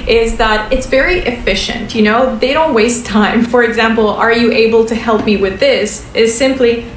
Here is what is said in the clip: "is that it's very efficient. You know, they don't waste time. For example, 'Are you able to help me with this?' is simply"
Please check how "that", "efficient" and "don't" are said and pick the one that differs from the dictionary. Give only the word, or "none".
none